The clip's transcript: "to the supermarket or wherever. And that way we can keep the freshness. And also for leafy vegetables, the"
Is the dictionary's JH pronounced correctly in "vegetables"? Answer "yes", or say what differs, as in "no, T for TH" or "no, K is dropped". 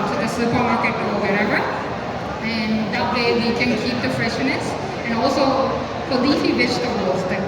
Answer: no, SH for JH